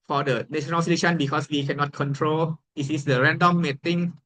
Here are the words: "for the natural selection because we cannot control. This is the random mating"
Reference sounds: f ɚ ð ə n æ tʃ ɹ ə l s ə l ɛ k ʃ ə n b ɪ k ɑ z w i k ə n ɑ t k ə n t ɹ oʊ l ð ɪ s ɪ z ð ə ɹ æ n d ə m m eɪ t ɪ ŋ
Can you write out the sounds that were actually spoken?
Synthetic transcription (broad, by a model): f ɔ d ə n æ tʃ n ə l s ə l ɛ ʃ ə n b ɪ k ɑ s w i k ə n ɑ t k ə n t ɹ oʊ l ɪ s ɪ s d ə ɹ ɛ n d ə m m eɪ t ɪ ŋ